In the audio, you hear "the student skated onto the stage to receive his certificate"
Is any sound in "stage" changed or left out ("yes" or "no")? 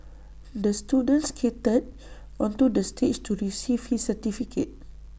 yes